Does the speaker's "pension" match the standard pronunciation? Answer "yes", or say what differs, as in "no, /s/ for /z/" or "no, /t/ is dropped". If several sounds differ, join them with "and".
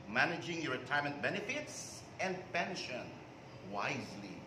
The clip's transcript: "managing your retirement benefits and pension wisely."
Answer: yes